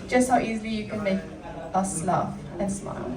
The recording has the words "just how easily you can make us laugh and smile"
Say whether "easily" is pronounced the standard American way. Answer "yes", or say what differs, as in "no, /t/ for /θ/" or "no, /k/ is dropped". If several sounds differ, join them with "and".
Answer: yes